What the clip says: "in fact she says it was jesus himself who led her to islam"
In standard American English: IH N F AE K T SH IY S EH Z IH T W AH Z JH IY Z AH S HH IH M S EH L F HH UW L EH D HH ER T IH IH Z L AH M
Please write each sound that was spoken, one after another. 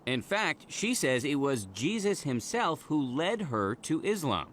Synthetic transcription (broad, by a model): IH N F AE K T SH IY S EH Z IH T W AH Z JH IY Z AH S HH IH M S EH L F HH UW L EH D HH ER T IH IH Z L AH M